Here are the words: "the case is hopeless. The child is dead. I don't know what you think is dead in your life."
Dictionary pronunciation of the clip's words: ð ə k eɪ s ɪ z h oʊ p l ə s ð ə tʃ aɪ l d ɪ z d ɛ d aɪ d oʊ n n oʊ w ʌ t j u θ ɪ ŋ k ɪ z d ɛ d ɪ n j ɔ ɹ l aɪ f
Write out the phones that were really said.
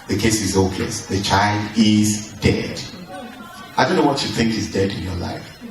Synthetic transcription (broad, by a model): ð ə k eɪ s ɪ z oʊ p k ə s ð ə tʃ aɪ l d ɪ z d ɛ d aɪ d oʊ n n oʊ w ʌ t j u θ ɪ ŋ k ɪ z d ɛ d ɪ n j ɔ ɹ l aɪ f